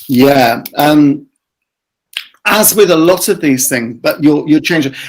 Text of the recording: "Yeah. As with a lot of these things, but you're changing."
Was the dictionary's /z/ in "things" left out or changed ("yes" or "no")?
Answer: no